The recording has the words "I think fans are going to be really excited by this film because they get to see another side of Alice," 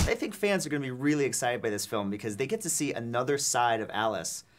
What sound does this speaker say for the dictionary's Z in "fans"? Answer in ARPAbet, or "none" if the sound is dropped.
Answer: Z